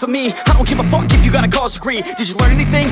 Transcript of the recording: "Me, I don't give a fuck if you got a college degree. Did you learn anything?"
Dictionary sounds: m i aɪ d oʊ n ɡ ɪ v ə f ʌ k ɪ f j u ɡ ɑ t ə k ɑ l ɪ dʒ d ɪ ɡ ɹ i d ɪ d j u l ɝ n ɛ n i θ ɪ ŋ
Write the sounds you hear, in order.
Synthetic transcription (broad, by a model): m i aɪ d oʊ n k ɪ p ə f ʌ k ɪ f j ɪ ɡ ɑ t ə k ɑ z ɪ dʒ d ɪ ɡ ɹ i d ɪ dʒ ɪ l ɝ n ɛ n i θ ɪ ŋ